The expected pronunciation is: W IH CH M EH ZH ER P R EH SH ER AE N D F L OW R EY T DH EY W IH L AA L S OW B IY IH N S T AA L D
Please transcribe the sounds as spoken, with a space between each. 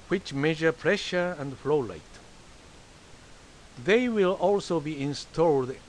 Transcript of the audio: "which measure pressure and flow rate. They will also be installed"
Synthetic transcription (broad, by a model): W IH CH M EH ZH ER P R EH SH ER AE N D F L OW L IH T DH EY W IH L AA L S OW B IY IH N S T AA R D